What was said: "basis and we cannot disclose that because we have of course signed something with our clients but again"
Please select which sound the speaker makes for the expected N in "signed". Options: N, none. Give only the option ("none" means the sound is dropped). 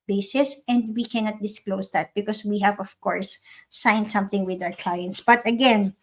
N